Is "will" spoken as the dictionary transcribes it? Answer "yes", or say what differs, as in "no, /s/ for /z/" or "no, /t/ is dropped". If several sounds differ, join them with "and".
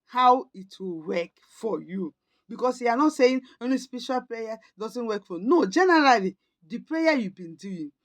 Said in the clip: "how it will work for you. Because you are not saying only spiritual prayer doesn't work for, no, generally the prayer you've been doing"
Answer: yes